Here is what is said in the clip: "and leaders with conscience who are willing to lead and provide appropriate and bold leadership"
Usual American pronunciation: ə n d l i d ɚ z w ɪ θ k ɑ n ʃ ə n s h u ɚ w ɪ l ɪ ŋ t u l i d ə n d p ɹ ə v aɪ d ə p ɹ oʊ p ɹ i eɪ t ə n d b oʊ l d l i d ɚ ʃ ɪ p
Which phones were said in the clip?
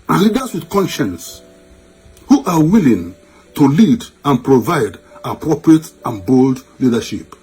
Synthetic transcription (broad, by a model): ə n l i d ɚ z w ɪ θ k ɑ n ʃ ə n s h u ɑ w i l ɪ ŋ t u l i d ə n p ɹ ə v aɪ d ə p ɹ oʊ p ɹ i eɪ t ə n b oʊ l d l i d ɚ ʃ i p